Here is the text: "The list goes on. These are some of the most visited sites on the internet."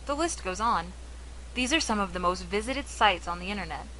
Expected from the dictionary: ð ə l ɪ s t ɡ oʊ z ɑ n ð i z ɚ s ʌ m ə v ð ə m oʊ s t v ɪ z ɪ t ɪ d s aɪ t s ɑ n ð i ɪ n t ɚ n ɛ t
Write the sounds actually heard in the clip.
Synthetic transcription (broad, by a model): ð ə l ɪ s t ɡ oʊ z n ð i z ɚ s ʌ m ə v ð ə m oʊ s t v ɪ z ɪ t ɪ d s aɪ t s n ð i ɪ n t ɚ n ɛ t